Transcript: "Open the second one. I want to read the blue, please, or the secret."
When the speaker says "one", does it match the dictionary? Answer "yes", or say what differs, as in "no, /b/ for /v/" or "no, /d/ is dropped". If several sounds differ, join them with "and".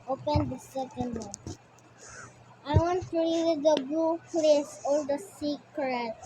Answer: no, /n/ is dropped